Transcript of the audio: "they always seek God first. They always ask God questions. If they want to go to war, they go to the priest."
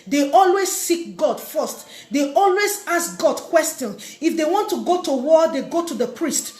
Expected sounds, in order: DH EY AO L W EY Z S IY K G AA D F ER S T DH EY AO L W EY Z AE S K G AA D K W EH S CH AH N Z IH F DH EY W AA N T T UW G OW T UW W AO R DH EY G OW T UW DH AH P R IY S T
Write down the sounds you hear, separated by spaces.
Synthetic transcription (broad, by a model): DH EY AO L W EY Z S IY K G AA D F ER S T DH EY AO L W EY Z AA S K G AA D K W EH S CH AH N IH F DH EY W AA N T T UW G OW T UW W AO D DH EY G OW T UW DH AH P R IY S T